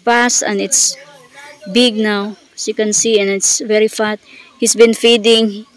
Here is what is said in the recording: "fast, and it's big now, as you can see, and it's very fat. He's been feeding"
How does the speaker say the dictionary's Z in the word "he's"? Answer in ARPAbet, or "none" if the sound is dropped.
S